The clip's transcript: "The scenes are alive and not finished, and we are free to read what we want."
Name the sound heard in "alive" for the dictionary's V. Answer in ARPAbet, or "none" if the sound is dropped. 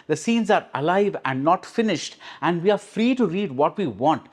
V